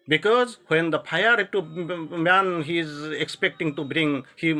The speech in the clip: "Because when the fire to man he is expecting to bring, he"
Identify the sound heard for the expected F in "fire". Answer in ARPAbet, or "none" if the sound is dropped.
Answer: P